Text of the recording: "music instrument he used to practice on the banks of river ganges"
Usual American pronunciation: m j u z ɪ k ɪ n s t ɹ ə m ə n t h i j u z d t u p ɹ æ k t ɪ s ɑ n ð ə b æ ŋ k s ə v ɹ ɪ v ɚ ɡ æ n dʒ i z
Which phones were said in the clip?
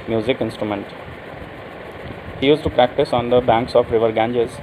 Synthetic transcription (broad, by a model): m j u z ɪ k ɪ n s t ɹ ə m ə n t h i j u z t u p ɹ æ k t ɪ s ɑ n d ə b æ ŋ k s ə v ɹ ɪ v ɚ ɡ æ n dʒ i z